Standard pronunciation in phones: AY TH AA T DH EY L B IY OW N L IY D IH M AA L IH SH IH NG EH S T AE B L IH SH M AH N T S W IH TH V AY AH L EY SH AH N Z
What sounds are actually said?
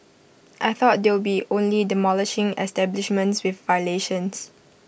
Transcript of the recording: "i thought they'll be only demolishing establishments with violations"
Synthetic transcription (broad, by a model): AY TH AA T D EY W B IY OW N L IY D IH M AA L IH SH IH NG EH S T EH B L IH SH M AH N T S W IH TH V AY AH L EY SH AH N S